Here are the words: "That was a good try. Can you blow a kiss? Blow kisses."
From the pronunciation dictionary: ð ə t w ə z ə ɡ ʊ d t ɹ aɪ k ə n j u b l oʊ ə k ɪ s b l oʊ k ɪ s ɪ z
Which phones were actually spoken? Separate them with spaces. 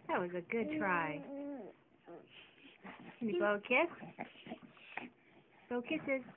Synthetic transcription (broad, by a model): ð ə t w ə z ə ɡ ʊ d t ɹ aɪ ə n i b oʊ ə k ɪ s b oʊ k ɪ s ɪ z